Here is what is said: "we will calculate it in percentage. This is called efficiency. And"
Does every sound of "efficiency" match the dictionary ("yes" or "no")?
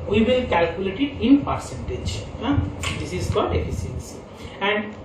no